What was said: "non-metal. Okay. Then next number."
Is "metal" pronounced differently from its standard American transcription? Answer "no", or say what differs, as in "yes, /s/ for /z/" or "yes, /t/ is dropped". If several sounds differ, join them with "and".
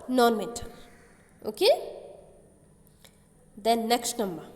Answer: yes, /n/ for /l/